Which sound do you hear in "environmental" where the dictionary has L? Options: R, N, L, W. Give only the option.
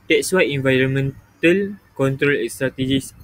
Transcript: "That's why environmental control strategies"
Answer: L